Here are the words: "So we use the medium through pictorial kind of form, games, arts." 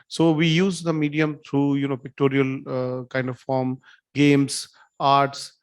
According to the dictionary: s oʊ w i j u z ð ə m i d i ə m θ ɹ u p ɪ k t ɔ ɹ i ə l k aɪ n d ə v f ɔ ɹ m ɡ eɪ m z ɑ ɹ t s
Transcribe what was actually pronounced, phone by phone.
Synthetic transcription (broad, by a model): s oʊ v i j u z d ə m i d i ə m t ɹ u p ɪ k t ɔ ɹ i ə l k aɪ n d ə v f ɔ ɹ m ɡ eɪ m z ɑ ɹ t s